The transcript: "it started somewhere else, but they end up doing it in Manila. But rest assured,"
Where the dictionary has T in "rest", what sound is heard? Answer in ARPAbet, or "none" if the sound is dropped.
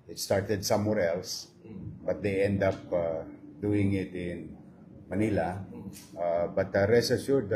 none